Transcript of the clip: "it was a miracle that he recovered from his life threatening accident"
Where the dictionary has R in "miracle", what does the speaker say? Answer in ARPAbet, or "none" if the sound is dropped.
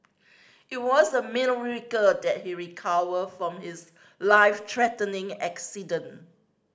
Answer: L